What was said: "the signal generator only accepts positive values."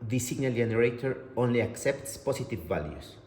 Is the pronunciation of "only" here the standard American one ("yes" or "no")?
yes